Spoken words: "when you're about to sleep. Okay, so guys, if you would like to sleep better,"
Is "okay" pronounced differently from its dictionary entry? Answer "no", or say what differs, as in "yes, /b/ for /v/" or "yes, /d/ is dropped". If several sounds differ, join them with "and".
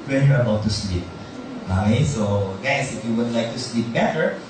yes, /k/ is dropped